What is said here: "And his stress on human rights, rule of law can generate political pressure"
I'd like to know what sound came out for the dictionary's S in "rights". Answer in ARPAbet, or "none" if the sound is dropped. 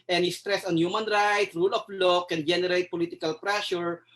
none